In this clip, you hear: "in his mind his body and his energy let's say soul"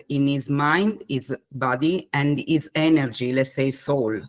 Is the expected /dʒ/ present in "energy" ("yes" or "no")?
yes